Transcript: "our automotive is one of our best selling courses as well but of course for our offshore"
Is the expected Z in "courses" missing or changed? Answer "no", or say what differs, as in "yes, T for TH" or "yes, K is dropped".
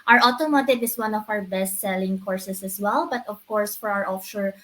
yes, S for Z